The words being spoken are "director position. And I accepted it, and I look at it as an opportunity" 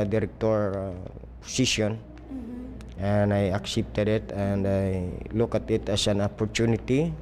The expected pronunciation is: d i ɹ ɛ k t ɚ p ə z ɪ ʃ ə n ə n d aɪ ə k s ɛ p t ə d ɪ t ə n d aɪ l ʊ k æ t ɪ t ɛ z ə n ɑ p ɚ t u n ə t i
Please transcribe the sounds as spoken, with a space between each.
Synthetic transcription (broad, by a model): d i ɹ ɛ k t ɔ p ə s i s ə n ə n aɪ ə k s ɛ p t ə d ɪ t ə n d aɪ l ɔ k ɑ t ɪ t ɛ s ə n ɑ p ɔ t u n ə t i